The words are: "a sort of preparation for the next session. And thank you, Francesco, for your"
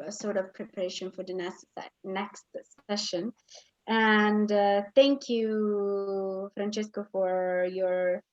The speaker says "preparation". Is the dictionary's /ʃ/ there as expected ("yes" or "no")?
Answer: yes